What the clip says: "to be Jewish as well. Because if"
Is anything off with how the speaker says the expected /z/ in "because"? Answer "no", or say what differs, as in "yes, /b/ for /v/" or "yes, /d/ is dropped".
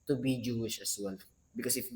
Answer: yes, /s/ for /z/